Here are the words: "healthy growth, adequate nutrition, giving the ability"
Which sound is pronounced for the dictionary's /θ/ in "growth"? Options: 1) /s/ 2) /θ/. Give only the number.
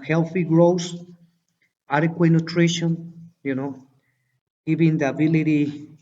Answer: 1